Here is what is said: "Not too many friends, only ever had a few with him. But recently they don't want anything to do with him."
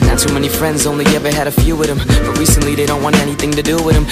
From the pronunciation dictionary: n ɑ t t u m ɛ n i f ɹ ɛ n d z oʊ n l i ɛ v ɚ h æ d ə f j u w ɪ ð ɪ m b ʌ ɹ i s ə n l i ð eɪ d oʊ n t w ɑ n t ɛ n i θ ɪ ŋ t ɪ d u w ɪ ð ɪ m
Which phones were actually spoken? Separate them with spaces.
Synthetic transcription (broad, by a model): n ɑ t s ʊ m ɛ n i f ɹ ɛ n d z oʊ n l i ɛ v ɚ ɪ d ə f j u w ɪ ð ɪ m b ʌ ɹ i s ə n l i ð eɪ d oʊ n t w ɑ n t ɛ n i θ ɪ ŋ t ɪ d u w ɪ ð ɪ m